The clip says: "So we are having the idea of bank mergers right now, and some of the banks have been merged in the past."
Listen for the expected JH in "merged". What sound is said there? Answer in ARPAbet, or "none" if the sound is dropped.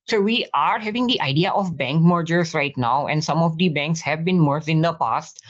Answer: none